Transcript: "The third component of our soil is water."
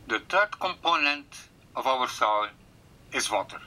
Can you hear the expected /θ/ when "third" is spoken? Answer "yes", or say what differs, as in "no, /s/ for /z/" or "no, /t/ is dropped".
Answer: no, /t/ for /θ/